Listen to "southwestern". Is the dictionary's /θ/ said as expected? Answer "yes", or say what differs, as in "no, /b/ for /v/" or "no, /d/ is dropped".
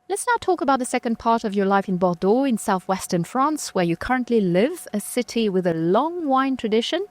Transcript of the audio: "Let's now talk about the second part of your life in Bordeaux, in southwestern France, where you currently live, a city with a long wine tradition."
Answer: yes